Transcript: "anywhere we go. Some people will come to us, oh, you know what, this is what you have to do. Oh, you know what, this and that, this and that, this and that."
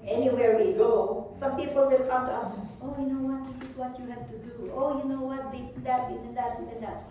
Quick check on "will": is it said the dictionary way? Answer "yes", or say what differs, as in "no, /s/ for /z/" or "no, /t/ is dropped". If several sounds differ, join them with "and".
no, /n/ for /l/